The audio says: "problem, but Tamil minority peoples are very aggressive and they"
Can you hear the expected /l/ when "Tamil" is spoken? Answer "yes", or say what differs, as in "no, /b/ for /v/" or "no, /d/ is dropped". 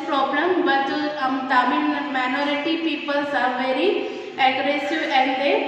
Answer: no, /n/ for /l/